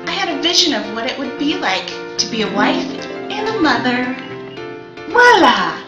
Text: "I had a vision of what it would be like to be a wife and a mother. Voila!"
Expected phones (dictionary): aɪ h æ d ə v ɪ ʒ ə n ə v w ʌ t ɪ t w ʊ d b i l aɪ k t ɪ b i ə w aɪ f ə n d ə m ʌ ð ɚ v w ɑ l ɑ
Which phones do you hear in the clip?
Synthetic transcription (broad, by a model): aɪ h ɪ d ə v ɪ ʒ ə n ə v w ʌ t ɪ t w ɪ d b i l aɪ k t ɪ b i ə w aɪ f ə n ə m ʌ ð ɚ w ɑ l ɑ